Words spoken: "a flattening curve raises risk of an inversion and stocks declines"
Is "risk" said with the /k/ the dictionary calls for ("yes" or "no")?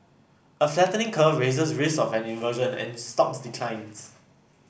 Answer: no